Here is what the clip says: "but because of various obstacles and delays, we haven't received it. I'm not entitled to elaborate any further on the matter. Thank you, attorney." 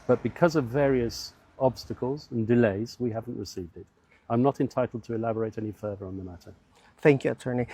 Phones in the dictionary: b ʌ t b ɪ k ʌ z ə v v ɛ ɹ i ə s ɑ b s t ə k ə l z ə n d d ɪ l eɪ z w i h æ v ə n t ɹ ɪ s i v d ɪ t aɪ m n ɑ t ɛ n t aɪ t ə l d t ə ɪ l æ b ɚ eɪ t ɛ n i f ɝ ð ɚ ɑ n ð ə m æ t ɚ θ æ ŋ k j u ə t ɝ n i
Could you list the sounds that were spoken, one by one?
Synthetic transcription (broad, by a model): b ʌ t b ɪ k ʌ z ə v v ɛ ɹ i ə s ɑ b s t ə k ə l z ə n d d ɪ l eɪ z w i h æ v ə n t ɹ ɪ s i v d ɪ t aɪ m n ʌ t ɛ n t aɪ t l d t ə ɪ l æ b ɚ eɪ t ɛ n i f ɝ ð ɚ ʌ n ð ə m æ t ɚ θ æ ŋ k j u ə t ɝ n i